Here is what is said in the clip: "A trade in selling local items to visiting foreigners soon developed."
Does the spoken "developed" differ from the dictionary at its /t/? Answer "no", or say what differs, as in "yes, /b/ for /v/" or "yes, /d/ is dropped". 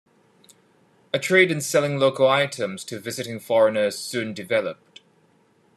no